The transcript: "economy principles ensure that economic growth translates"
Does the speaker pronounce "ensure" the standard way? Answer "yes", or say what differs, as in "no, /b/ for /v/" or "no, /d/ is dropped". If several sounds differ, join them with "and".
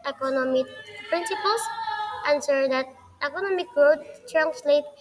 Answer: no, /s/ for /ʃ/